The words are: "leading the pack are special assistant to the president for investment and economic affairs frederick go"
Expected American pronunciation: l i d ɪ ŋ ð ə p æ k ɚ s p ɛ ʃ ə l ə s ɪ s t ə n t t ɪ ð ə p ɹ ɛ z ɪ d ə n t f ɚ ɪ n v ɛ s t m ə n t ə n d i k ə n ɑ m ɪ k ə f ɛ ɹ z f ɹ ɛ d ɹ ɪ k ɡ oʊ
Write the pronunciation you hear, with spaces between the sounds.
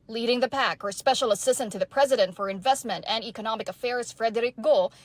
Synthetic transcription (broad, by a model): l i d ɪ ŋ ð ə p æ k ɚ s p ɛ ʃ l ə s ɪ s t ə n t t ɪ ð ə p ɹ ɛ z ɪ d ə n t f ɚ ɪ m v ɛ s t m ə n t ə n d i k ə n ɑ m ɪ k ə f ɛ ɹ z f ɹ ɛ d ɹ ɪ k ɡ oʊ